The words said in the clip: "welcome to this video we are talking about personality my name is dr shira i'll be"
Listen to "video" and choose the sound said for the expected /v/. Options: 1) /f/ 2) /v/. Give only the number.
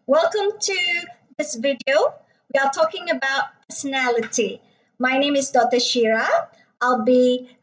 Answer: 2